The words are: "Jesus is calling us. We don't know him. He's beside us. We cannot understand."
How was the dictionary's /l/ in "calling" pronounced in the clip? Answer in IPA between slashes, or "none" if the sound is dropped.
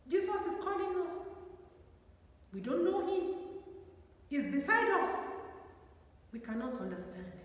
/l/